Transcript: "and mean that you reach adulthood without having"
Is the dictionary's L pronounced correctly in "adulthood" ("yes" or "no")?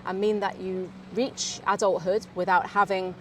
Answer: yes